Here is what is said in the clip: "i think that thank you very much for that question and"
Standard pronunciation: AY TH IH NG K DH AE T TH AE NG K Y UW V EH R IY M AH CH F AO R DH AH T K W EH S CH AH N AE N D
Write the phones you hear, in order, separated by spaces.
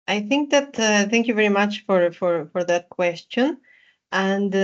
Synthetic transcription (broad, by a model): AY TH IH NG K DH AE T TH AE NG K Y UW V EH R IY M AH CH F AO R DH AH T K W EH S CH AH N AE N D